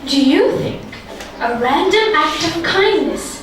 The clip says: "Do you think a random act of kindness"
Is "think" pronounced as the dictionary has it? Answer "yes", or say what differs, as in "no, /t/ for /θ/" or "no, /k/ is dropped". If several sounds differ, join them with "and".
yes